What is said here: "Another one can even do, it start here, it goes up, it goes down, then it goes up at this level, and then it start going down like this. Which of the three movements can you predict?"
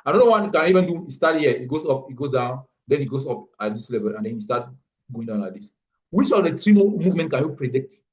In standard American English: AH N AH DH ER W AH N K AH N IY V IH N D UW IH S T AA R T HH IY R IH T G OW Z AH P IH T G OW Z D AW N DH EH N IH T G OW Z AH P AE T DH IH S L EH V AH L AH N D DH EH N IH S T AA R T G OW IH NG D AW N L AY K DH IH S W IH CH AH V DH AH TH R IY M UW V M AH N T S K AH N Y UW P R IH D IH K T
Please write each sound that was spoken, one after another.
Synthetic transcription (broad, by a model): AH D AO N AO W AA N K AH N IY V IH N D UW IH S T AA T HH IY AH IH T G OW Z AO P IH T G OW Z D AW N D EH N IH T G OW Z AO P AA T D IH S L EH V AH L AH N D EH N IH S T AA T G OW IH NG D AW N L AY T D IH S W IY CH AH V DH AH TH R IY M UW V M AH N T K AH N Y UW P R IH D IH K T